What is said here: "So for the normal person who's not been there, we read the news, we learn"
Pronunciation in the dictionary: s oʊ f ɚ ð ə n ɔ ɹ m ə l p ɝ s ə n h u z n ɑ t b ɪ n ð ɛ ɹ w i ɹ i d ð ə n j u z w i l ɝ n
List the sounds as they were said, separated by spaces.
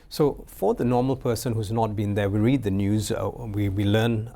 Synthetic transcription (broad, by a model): s oʊ f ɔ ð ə n ɔ m ə l p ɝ s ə n h u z n ɑ t b ɪ n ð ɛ w i ɹ i d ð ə n j u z w i l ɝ n